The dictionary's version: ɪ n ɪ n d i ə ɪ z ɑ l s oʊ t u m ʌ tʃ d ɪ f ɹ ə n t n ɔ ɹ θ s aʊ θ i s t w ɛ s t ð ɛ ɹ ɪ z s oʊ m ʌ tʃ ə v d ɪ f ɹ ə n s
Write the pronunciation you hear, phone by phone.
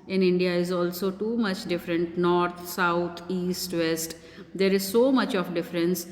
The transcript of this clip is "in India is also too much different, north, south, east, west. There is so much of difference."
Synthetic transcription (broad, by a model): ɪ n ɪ n d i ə ɪ z ɑ l s oʊ t u m ʌ tʃ d ɪ f ɹ ə n t n ɔ ɹ t s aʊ t i s t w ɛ s t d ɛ ɹ ɪ z s oʊ m ʌ tʃ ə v d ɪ f ɹ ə n s